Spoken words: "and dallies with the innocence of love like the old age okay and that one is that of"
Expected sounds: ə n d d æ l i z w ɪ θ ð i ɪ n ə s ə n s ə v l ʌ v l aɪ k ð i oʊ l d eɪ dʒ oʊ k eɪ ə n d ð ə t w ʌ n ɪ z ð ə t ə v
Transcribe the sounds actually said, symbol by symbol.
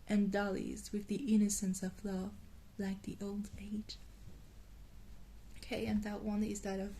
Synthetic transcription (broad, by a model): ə n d d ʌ l i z w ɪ ð i ɪ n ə s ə n s ə v l ʌ v l aɪ k ð i oʊ l d eɪ dʒ oʊ k eɪ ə n ð ə t w ʌ n ɪ z ð ə t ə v